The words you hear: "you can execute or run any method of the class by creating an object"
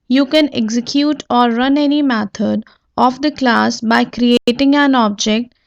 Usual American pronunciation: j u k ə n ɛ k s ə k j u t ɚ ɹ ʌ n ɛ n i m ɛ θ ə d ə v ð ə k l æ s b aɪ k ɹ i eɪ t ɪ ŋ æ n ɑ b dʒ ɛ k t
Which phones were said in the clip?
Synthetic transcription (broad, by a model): j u k ə n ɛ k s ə k j u t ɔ ɹ ʌ n ɛ n i m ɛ t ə d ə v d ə k l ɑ s b aɪ k ɹ i eɪ t ɪ ŋ æ n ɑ b dʒ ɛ k t